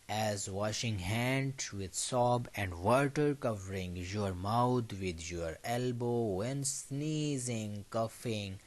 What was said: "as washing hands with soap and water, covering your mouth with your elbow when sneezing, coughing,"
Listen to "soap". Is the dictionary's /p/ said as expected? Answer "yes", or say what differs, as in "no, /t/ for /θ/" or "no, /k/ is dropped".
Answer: no, /b/ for /p/